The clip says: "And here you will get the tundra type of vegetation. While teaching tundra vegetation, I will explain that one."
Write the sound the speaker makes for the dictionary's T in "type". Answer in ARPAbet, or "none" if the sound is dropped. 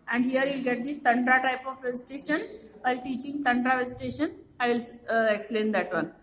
T